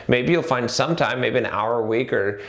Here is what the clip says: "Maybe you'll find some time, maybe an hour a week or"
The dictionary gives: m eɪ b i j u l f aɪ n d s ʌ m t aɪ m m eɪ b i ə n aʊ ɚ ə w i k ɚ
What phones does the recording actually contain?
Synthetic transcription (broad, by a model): m eɪ b i j u l f aɪ n d s ʌ m t aɪ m m eɪ b i ə n aʊ ɚ w i k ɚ